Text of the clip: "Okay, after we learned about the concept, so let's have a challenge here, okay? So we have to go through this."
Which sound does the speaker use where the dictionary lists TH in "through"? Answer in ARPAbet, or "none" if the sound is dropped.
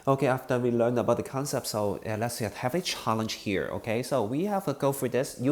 F